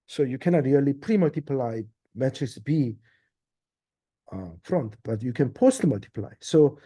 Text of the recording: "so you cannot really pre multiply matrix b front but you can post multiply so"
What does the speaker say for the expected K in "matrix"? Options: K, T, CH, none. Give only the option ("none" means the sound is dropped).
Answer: none